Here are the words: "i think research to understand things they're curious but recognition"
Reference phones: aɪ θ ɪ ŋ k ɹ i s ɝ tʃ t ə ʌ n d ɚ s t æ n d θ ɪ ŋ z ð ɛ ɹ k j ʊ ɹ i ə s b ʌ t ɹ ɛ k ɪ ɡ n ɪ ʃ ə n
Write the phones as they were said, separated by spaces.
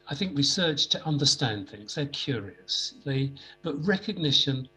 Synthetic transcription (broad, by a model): aɪ θ ɪ ŋ k w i s ɝ tʃ t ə ʌ n d ɚ s t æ n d θ ɪ ŋ z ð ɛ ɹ k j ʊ ɹ i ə s b ʌ t ɹ ɛ k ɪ ɡ n ɪ ʃ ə n